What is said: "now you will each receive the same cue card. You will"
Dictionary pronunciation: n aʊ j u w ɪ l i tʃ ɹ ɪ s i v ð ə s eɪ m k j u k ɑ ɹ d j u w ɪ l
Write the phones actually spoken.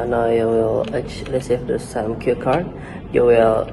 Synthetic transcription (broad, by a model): n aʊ j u w ɪ l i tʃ l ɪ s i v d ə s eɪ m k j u k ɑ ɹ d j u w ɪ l